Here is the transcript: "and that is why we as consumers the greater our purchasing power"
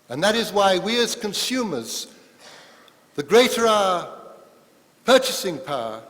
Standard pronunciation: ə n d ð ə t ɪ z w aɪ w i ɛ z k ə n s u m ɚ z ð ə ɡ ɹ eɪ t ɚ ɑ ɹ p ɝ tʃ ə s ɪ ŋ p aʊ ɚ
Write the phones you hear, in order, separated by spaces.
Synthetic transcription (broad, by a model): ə n ð ə t ɪ z w aɪ w i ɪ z k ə n s u m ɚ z ð ə ɡ ɹ eɪ t ɚ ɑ p ɝ tʃ ə s ɪ ŋ p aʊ